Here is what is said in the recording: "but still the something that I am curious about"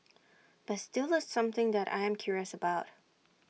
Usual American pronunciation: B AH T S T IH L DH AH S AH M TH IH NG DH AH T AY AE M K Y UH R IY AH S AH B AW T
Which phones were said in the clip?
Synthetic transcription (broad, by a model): B AH T S T IH L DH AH S AH M TH IH NG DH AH T AY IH M K Y UH R IY AH S AH B AW T